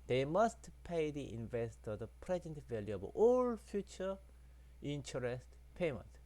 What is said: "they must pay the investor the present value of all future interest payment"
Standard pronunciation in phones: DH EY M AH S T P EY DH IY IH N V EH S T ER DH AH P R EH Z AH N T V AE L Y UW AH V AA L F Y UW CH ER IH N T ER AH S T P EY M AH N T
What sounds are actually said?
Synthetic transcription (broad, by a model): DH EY M AH S T P EY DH IY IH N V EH S T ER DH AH P R EH Z AH N T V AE L Y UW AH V AA L F Y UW CH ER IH N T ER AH S T P EY M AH N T